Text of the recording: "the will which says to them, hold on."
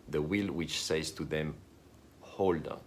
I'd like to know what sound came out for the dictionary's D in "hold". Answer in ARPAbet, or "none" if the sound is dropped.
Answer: D